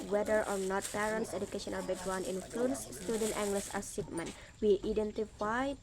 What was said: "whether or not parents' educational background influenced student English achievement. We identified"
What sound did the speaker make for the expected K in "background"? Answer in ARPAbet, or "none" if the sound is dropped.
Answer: none